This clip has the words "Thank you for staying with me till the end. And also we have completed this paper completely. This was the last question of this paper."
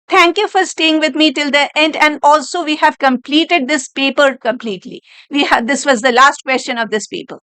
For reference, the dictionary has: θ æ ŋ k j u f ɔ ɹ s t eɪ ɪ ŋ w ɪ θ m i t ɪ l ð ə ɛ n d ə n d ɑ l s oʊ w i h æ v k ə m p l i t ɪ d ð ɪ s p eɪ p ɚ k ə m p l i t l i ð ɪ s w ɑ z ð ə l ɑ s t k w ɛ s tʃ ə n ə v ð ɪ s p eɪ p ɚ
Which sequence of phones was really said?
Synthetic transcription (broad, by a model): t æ ŋ k j u f ɔ ɹ s t eɪ ɪ ŋ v ɪ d m i t ɪ l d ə ɛ n d ə n d ɑ l s oʊ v i h æ v k ə m p l i t ɪ d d ɪ s p eɪ p ɚ k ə m p l i t l i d ɪ s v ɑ z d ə l ɑ s t k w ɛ s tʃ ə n ə v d ɪ s p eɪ p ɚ